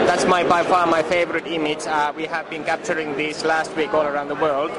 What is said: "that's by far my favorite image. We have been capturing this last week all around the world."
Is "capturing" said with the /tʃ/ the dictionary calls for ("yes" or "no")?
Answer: yes